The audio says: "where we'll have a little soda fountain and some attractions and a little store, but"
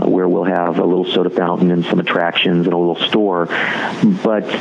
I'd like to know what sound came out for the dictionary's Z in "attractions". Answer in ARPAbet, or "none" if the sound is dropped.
Z